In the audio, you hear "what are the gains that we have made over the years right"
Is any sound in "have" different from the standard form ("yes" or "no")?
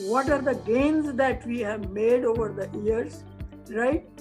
no